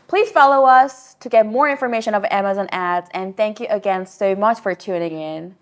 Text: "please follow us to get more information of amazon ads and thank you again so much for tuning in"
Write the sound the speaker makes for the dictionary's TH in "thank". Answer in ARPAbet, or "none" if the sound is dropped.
TH